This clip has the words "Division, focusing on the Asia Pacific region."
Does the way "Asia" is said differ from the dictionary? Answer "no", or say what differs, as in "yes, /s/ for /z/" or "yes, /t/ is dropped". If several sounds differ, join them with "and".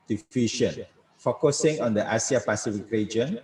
yes, /s/ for /ʒ/